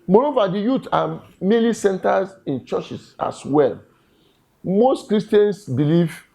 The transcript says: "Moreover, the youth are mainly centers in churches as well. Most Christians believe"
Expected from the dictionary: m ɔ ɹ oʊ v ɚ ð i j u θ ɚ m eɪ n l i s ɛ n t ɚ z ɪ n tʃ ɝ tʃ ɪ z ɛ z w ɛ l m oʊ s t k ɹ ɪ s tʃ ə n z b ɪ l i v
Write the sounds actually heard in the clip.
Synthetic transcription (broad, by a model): m ɔ ɹ oʊ v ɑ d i j u t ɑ m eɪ l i s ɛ n t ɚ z ɪ n tʃ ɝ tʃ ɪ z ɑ s w ɛ l m oʊ s t k ɹ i s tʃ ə n s b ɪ l i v